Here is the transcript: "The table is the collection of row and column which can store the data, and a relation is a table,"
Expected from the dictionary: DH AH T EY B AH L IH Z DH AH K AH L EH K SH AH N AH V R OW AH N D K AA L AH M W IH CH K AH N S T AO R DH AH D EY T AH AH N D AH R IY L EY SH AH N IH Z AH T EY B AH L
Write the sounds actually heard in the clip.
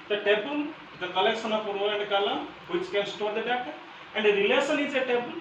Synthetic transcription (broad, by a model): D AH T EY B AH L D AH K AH L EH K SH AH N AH P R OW AH N D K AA L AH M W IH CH K AH N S T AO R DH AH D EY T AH AH N D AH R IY L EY S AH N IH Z AH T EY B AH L